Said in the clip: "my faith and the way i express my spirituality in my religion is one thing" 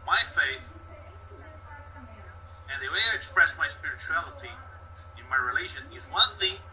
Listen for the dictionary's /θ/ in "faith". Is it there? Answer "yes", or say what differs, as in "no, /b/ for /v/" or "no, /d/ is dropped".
yes